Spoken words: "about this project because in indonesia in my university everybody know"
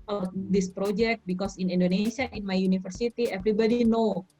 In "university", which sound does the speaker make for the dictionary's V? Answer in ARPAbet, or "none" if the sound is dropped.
F